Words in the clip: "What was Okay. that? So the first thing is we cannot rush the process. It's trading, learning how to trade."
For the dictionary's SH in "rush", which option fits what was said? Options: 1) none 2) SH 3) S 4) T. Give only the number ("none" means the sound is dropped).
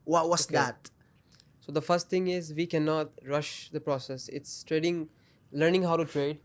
2